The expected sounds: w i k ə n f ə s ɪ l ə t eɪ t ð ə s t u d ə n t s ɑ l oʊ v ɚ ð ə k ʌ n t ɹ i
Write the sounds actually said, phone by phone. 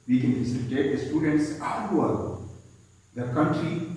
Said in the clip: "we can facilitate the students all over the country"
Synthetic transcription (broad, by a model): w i k ə n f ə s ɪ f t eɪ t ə s t u d ə n t s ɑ w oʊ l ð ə k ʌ n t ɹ i